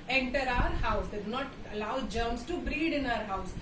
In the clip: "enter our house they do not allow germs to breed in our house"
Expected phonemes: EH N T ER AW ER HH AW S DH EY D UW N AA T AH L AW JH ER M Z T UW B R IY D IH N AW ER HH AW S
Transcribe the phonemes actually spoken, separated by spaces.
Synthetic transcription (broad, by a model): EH N T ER AW ER HH AW S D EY D UW N AA T AH L AW JH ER M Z T UW B R IY D IH N AW ER HH AW S